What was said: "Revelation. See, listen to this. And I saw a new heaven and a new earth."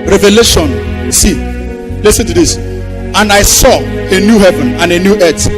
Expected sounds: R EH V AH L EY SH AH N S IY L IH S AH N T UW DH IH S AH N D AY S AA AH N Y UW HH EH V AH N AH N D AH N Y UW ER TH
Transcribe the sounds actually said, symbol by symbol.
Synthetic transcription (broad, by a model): R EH V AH L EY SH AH N S IY L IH S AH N T UW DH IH S AH N D AY S AA AH N Y UW HH EH V AH N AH N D AH N Y UW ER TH